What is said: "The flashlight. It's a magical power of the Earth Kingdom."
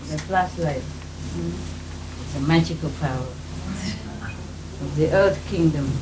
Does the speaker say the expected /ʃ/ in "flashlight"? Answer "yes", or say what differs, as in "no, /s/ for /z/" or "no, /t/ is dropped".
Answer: no, /s/ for /ʃ/